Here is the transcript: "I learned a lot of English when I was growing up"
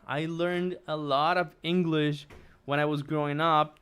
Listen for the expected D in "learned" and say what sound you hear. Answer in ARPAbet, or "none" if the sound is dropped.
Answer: D